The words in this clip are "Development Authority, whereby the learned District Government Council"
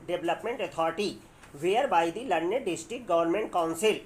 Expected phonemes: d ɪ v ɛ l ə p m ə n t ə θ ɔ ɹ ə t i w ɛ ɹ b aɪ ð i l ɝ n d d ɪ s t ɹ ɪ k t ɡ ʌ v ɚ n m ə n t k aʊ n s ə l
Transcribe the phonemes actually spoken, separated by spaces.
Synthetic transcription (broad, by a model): d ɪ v l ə p m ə n t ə t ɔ ɹ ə t i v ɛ ɹ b aɪ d i l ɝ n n d ɪ s t ɹ ɪ k t ɡ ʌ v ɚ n m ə n t k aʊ n s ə l